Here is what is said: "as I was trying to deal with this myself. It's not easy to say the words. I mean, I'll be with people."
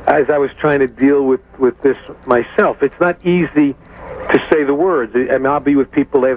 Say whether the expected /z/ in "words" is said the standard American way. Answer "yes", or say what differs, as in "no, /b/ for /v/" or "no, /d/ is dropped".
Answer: yes